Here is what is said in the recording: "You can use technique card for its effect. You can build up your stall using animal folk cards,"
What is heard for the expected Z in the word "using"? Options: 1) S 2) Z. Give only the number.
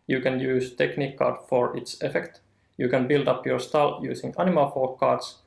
1